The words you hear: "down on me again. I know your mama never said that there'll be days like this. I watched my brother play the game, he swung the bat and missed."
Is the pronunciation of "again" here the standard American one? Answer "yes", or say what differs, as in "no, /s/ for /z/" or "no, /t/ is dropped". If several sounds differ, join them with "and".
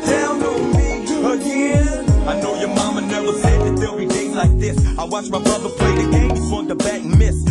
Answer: no, /n/ is dropped